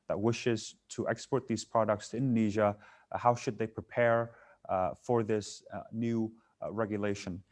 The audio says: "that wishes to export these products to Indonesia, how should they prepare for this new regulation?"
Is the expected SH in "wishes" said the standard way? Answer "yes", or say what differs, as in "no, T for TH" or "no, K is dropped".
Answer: yes